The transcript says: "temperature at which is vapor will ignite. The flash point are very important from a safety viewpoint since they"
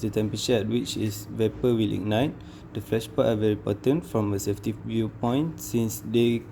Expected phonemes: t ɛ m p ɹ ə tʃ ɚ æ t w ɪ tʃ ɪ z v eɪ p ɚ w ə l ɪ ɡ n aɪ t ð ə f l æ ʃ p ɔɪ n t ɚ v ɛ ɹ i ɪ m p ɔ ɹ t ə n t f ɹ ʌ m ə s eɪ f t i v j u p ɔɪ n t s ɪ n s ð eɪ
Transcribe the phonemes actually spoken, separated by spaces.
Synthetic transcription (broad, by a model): t ɛ m p ɹ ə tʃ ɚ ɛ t w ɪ tʃ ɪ s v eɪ p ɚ w ə l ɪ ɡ n aɪ t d ə f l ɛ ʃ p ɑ t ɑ v ɛ ɹ i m p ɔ t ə n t f ɹ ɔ m ə s eɪ f t i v j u p ɔɪ n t s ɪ n s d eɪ